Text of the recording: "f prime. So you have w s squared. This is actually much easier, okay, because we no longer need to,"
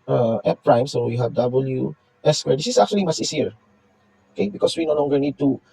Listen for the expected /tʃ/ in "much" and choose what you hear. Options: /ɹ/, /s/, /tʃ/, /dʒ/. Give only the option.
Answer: /s/